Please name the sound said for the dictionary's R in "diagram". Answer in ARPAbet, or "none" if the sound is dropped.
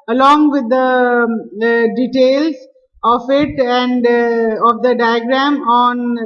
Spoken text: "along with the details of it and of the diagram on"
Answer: R